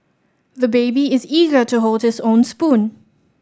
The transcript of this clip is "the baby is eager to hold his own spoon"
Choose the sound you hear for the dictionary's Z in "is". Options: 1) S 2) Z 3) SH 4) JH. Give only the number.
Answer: 2